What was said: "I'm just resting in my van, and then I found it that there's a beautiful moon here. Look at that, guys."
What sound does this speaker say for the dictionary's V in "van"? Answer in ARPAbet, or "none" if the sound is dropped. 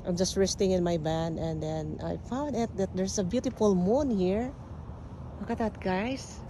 B